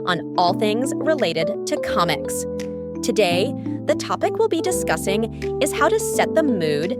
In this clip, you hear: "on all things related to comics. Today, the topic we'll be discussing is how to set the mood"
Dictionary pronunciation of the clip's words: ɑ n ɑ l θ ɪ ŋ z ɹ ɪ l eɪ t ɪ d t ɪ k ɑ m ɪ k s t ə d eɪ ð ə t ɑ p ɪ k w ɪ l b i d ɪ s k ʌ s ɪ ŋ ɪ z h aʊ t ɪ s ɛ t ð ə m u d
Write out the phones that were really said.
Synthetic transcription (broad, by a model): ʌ n ɑ l θ ɪ ŋ z ɹ ɪ l eɪ t ɪ d t ɪ k ɑ m ɪ k s t ə d eɪ ð ə t ɑ p ɪ k w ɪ l b i d ɪ s k ʌ s ɪ ŋ ɪ z h aʊ t ɪ s ɛ t ð ə m u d